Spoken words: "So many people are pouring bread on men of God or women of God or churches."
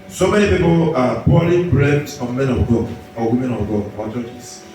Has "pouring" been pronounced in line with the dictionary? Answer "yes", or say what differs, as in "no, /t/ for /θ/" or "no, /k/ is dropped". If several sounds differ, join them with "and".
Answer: no, /l/ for /ɹ/